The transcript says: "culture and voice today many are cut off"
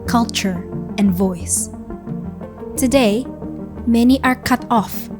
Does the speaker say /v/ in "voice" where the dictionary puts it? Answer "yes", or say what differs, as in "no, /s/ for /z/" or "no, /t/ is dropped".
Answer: yes